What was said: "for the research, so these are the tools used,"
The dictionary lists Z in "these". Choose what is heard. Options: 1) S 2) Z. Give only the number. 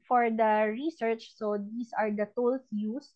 1